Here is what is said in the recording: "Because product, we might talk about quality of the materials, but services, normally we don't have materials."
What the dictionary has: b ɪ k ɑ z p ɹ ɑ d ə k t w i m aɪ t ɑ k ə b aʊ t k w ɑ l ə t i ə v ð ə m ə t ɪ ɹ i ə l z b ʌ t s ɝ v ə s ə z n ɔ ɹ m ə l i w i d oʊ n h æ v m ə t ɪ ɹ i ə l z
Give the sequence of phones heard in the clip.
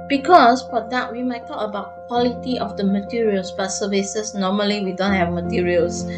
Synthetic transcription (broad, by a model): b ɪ k ɑ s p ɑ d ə t w i m aɪ t ɑ k ə b aʊ t k w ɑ l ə t i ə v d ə m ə t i ɹ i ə l s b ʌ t s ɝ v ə s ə s n ɔ m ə l i w i d oʊ n h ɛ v m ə t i ɹ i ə l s